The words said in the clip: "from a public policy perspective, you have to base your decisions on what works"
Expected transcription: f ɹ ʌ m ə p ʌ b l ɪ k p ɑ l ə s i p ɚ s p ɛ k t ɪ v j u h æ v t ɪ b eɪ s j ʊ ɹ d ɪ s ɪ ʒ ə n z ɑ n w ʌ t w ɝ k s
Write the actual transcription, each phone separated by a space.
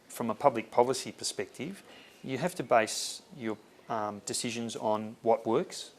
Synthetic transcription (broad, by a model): f ɹ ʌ m ə p ʌ b l ɪ k p ɑ l ə s i p ɚ s p ɛ k t ɪ v j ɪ h æ f t ɪ b eɪ s j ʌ ɹ d ɪ s ɪ ʒ ə n z n w ʌ t w ɝ k s